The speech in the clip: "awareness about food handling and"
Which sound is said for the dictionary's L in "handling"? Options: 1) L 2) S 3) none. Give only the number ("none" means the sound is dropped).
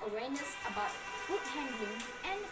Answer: 3